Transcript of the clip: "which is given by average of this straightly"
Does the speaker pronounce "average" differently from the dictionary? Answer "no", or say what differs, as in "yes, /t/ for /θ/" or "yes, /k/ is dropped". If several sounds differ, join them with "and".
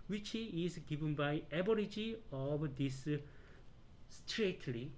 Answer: yes, /b/ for /v/